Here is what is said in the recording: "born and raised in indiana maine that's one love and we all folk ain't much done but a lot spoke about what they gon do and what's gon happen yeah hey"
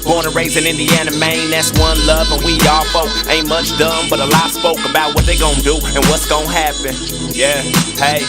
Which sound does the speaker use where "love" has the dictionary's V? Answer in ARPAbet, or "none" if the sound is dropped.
V